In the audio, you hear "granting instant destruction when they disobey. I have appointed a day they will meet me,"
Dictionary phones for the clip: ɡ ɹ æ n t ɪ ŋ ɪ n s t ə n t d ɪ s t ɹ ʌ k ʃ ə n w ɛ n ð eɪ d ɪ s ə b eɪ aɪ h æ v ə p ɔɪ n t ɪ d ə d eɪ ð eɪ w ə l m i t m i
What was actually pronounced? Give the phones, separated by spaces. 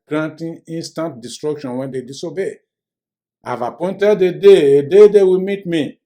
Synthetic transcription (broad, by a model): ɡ ɹ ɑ n t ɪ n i n s t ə n t d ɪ s t ɹ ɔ k ʃ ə n w ɛ n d eɪ d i s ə b eɪ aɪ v ə p ɔɪ n t ɪ d ə d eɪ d eɪ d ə w m i t m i